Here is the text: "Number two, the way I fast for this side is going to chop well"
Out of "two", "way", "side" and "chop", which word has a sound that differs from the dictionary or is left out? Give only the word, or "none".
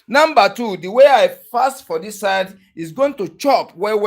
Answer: none